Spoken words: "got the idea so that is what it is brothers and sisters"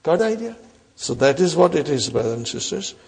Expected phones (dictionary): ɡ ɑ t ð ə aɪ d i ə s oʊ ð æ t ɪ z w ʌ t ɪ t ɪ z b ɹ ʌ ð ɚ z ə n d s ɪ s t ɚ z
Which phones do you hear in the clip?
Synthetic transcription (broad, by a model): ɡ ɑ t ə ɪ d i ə s oʊ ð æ t ɪ z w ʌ t ɪ t ɪ z b ɹ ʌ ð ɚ ə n s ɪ s t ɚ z